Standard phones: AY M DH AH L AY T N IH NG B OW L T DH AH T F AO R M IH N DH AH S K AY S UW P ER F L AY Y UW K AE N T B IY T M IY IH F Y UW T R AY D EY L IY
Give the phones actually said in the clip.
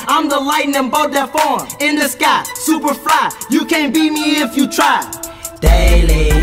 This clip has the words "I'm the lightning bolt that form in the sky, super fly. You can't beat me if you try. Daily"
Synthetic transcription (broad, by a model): AY M DH AH L AY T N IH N B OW T DH AH T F AO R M IH N DH AH S K AY S UW P ER F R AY Y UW K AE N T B IY M IY IH F Y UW T R AY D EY L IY